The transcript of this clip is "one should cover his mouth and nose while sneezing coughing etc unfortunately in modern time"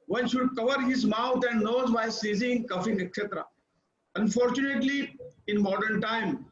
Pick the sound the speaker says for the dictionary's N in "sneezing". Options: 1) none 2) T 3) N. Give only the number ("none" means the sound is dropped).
1